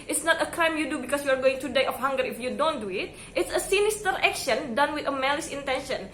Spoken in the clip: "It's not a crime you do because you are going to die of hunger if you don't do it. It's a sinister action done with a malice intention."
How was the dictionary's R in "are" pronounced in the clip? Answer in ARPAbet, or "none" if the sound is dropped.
R